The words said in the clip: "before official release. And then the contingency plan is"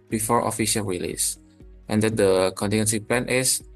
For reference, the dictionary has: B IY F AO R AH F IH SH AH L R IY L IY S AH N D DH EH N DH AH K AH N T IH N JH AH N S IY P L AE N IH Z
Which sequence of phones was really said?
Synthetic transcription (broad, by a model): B IY F AO R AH F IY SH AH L R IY L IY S AH N D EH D AH K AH N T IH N AH N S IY P L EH N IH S